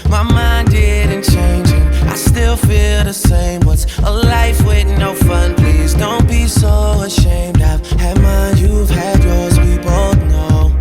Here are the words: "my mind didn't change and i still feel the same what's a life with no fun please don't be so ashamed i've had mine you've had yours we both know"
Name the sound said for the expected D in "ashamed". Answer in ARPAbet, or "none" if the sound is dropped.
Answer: D